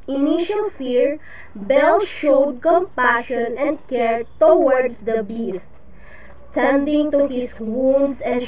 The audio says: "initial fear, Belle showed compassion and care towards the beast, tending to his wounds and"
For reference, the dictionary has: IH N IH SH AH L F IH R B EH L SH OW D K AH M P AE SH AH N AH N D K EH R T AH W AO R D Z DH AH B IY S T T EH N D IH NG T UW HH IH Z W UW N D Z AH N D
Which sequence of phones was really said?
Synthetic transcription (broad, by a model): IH N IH SH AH L F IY R B EH L SH OW D K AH M P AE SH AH N AH N D K EH R T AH W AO R D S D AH B IY S T T EH N D IH NG T UW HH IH S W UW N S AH N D